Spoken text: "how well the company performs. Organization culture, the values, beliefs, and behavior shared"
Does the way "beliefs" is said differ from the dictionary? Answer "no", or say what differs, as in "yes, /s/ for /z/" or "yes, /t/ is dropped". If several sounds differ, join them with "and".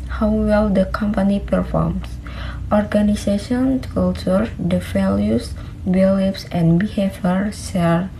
yes, /p/ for /f/